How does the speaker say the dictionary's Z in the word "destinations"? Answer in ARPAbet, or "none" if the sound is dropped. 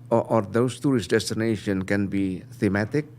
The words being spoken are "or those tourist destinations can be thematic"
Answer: none